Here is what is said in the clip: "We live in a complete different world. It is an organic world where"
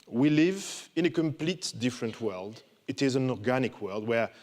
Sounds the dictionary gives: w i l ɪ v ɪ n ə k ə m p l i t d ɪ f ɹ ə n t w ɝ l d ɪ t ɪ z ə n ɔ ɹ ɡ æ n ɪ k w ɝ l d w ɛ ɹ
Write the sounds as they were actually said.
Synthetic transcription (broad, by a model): w i l ɪ v ɪ n ə k ə m p l i t d ɪ f ɹ ə n t w ɝ l d ɪ t ɪ z ə n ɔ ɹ ɡ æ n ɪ k w ɝ l d w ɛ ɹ